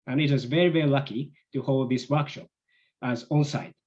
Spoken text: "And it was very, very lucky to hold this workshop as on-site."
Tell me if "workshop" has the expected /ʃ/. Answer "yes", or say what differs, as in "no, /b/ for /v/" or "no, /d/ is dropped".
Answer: yes